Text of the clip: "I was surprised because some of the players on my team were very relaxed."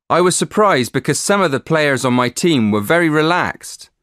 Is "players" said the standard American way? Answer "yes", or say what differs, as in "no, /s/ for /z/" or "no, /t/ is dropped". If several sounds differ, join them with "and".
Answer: yes